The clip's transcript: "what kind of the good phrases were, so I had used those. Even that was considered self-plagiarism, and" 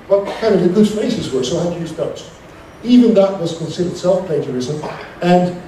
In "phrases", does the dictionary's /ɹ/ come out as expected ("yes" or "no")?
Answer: no